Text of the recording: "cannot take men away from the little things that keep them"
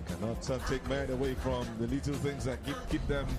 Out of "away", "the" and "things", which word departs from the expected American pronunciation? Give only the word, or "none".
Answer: none